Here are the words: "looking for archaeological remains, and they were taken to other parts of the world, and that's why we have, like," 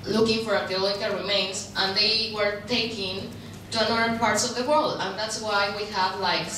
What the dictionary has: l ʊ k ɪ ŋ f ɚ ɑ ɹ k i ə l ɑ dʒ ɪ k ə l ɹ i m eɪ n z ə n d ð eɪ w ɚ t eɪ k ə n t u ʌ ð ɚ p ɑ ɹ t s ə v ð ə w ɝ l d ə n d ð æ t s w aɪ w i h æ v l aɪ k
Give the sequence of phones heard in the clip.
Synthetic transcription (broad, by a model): l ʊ k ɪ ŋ f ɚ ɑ ɹ i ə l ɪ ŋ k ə ɹ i m eɪ n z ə n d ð eɪ w ɚ t eɪ k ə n t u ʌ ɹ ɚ p ɑ ɹ t s ə v ð ə w ɝ l d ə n ð æ t s w aɪ w i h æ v l aɪ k